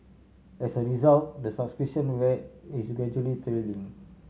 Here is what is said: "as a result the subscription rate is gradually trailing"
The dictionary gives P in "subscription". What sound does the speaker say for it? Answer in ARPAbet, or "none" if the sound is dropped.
none